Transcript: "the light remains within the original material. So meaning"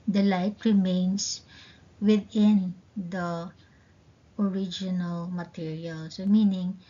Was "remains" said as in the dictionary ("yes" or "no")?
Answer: no